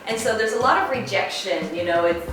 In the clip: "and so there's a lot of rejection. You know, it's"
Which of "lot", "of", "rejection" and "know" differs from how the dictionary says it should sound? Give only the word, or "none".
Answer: none